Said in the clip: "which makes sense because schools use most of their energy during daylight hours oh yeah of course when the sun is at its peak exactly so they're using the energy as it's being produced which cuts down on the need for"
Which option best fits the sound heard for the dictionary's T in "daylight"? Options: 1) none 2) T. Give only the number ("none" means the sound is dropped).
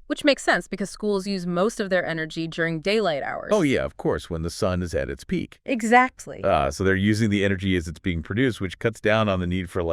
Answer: 2